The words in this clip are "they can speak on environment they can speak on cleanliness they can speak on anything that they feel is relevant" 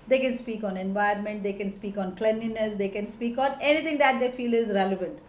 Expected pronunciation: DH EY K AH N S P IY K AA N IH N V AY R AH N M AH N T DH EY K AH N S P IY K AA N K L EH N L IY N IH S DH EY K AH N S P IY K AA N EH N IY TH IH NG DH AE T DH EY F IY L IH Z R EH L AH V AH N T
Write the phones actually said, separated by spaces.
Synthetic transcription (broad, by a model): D EY K AH N S P IY K AA N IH N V AY AH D M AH N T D EY K AH N S P IY K AA N K L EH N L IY N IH S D EY K AH N S P IY K AA N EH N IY T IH NG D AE T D EY F IY L IH Z R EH L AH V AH N T